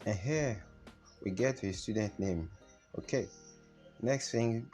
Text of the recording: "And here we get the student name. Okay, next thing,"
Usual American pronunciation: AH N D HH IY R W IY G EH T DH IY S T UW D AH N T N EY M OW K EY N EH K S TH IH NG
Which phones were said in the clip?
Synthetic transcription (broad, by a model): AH N HH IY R W IY G EH T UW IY S T UW D AH N T N EY M OW K EY N EH K S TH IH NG